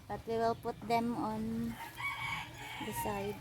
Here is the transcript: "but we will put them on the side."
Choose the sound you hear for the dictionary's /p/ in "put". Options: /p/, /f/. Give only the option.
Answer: /p/